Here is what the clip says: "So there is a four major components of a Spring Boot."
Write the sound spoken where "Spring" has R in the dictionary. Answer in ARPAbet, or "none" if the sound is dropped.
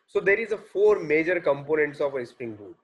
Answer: none